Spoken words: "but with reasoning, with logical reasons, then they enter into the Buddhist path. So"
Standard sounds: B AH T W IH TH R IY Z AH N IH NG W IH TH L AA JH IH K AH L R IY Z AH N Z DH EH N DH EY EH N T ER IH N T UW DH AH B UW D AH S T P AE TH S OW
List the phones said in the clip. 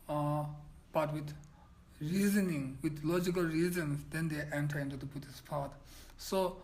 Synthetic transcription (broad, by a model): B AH T W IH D R IY Z AH N IH NG W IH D L AA JH IH K AH L R IY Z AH N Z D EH N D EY EH N T ER IH N T UW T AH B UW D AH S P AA T S OW